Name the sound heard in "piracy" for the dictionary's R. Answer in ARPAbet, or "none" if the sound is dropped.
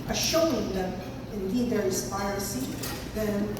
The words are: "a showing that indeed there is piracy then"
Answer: none